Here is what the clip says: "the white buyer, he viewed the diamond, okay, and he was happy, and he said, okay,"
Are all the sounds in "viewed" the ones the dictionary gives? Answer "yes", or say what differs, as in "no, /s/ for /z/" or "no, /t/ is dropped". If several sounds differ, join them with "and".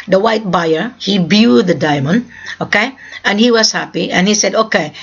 no, /b/ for /v/